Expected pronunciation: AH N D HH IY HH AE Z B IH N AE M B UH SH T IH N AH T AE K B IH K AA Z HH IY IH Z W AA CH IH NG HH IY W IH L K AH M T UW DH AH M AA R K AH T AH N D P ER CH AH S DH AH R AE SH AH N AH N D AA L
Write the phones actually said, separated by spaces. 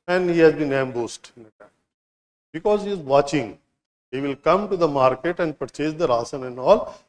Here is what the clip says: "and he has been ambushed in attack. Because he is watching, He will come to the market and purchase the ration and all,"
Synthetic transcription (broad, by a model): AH N D HH IY HH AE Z B IH N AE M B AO S T IH N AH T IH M B IH K AA Z HH IY IH Z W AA CH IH NG HH IY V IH L K AH M T UW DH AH M AA R K AH T AH N D P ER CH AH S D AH R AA S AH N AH N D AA L